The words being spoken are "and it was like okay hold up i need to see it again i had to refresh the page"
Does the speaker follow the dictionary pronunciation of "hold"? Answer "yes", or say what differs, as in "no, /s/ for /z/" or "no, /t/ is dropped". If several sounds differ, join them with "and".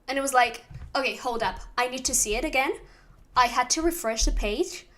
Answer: yes